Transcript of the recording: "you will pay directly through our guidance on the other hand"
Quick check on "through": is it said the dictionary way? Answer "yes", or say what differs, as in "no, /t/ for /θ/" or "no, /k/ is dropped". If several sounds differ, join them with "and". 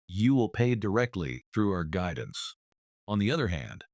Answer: yes